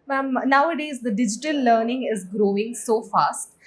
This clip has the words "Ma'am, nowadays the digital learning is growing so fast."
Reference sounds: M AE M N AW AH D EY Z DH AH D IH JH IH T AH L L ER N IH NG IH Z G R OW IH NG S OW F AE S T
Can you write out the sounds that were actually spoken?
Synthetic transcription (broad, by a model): M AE M N AW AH D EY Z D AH D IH JH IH T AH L L ER N IH NG IH Z G R OW IH NG S OW F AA S T